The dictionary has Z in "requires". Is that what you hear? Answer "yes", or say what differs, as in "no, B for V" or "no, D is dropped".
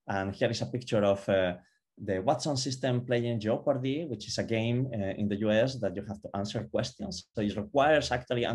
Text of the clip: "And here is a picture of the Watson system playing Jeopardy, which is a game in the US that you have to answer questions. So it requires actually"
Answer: no, S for Z